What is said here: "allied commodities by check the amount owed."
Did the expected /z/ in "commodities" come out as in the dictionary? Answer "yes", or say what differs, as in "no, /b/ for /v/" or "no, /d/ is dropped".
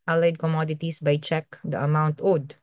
no, /s/ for /z/